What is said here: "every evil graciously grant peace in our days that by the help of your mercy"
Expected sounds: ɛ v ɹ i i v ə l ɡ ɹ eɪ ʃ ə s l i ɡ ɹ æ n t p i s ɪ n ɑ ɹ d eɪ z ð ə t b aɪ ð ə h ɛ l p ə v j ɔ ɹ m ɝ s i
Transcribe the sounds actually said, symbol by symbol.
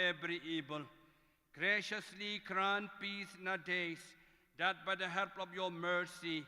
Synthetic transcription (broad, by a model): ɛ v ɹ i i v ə l ɡ ɹ eɪ ʃ ə s l i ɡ ɹ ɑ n p i s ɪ n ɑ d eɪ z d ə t b aɪ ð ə h ɛ l p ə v j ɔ m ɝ s i